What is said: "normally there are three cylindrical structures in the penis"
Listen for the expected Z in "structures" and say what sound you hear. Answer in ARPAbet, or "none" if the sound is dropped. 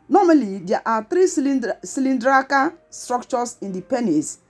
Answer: S